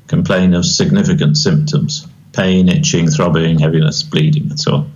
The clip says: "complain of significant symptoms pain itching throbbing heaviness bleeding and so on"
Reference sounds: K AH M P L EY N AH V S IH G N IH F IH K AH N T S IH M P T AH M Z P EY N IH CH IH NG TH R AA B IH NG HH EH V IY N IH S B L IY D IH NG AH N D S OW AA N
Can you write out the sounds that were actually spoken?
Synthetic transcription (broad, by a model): K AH M P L EY N AH V S IH G N IH F IH K AH N T S IH M P T AH M Z P EY N IH CH IH NG TH R AA B IH NG HH EH V IY N IH S B L IY D IH NG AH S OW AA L